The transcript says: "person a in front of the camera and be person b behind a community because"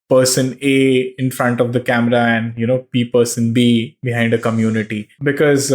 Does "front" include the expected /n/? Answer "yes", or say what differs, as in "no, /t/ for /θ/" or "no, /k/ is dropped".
yes